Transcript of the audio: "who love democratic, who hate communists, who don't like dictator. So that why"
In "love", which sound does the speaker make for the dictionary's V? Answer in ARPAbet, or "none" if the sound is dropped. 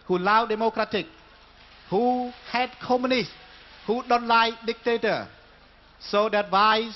W